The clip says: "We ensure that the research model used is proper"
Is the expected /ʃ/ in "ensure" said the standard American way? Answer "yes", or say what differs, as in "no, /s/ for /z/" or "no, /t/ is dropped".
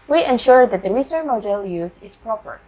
yes